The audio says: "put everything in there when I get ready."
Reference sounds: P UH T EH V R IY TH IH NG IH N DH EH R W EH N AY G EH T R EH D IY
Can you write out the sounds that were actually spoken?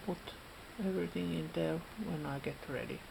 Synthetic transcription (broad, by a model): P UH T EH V R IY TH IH NG IH N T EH L W EH N AY G EH T R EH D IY